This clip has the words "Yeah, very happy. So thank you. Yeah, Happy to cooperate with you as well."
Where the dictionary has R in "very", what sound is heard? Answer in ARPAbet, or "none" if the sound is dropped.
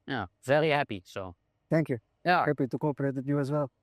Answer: L